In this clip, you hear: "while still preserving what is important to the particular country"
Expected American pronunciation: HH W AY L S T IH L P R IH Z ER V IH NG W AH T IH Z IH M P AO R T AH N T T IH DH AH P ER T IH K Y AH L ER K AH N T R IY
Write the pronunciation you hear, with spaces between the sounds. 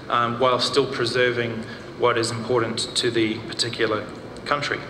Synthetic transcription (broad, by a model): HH W AY L S T IH L P R IH Z ER V IH NG W AH T IH Z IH M P AO R T N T T IH DH AH P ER T IH K Y L ER K AH N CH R IY